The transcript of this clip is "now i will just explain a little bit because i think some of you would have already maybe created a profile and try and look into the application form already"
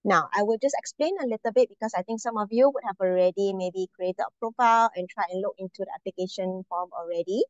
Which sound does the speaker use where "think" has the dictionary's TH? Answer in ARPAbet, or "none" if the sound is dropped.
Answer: T